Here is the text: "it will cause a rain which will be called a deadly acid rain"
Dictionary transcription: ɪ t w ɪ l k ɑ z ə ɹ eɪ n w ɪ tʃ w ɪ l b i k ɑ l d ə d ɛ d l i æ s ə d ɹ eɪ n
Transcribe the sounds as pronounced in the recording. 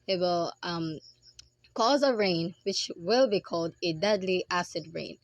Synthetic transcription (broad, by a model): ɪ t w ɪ l k ɑ z ə ɹ eɪ n w ɪ tʃ w ɪ l b i k ɑ l d ə d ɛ d l i æ s ə d ɹ eɪ n